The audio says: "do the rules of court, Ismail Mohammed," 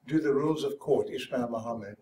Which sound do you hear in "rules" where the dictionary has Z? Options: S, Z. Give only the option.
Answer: Z